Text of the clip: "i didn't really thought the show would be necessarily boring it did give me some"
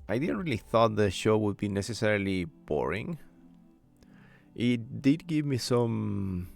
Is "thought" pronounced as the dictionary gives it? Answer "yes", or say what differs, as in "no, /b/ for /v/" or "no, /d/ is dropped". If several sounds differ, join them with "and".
yes